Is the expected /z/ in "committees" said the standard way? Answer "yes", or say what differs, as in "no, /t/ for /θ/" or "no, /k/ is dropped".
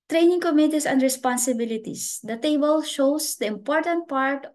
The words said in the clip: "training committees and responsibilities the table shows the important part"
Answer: no, /s/ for /z/